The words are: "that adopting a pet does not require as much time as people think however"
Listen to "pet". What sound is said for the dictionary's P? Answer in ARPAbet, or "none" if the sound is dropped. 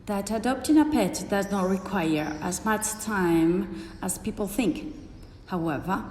P